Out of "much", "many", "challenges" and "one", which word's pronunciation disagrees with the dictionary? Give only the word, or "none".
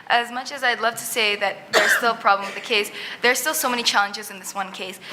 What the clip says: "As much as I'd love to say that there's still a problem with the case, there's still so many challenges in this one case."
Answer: none